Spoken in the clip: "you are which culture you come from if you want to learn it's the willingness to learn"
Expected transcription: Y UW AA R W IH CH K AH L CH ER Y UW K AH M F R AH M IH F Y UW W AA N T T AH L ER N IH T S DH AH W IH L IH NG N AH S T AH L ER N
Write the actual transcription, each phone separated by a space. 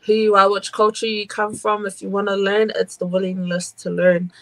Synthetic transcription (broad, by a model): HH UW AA L W IH CH K AH L CH ER Y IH K AH M F R AH M IH F Y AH W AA N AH L ER N IH T S DH AH W IH L IH NG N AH S T AH L ER N